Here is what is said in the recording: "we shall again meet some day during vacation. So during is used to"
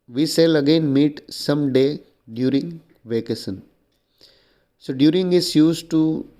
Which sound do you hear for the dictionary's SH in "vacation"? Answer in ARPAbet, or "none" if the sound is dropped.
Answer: S